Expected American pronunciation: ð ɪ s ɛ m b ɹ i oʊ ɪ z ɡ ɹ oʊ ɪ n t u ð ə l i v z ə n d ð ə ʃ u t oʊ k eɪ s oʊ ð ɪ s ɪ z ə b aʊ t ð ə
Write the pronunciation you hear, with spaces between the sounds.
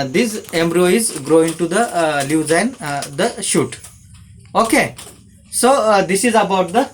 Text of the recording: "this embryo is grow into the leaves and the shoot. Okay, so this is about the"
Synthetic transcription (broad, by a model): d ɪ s ɛ m b ɹ i oʊ ɪ z ɡ ɹ oʊ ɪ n t u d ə l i z ə n d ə ʃ u t oʊ k eɪ s oʊ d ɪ s ɪ z ə b aʊ t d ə